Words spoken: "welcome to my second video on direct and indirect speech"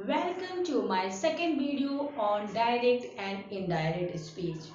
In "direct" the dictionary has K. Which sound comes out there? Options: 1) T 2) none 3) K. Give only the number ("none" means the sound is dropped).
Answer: 3